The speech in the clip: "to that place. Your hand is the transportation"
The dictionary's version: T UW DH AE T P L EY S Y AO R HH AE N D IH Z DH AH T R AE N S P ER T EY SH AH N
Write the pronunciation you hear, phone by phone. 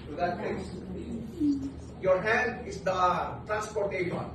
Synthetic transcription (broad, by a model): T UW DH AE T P EY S Y AO R HH AE N D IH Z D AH T R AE N S P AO T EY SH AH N